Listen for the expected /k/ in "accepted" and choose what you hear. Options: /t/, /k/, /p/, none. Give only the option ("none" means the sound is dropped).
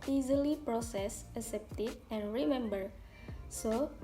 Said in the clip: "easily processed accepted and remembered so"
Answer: none